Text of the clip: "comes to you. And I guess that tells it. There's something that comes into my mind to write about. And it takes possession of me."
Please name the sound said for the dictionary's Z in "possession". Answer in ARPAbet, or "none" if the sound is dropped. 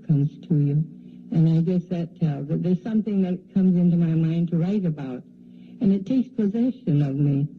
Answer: Z